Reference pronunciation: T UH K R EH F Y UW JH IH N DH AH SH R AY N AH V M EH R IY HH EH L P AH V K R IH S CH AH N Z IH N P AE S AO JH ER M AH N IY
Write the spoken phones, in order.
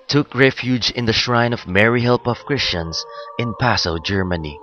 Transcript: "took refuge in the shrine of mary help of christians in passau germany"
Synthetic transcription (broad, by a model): T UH K R EH F Y UW JH IH N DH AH SH R AY N AH V M EH R IY HH EH L P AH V K R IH S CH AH N S IH N P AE S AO JH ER M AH N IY